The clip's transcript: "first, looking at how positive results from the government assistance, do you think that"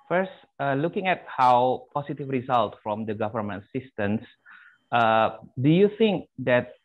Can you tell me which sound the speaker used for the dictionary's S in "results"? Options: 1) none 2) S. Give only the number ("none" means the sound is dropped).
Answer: 1